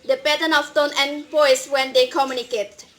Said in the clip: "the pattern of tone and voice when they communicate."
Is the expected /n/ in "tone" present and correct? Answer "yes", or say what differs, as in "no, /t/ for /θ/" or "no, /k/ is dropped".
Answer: yes